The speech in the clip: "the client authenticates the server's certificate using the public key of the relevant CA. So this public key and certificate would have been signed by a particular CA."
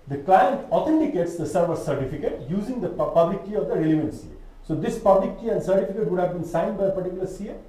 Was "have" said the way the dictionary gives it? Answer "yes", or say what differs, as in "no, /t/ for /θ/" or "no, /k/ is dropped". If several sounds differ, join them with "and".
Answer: yes